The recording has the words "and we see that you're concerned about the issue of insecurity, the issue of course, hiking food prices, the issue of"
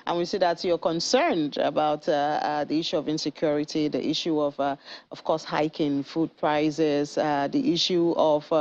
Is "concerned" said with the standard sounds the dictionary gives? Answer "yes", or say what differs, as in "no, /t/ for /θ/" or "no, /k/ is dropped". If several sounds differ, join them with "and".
yes